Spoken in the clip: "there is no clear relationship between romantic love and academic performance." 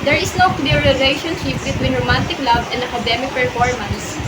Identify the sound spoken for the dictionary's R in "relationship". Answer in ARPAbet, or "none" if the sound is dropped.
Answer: L